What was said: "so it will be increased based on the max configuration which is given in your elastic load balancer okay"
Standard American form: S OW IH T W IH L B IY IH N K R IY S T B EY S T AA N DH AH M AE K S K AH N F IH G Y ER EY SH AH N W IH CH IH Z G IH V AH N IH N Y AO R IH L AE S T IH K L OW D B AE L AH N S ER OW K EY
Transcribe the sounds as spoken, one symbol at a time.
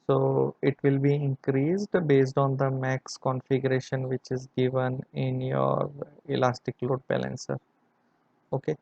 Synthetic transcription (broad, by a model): S OW IH T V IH L B IY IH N K R IY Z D B EY S T AA N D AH M AE K S K AH N F IH G Y ER EY SH AH N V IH CH IH Z G IH V AH N IH N Y AO R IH L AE S T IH K L OW D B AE L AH N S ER OW K EY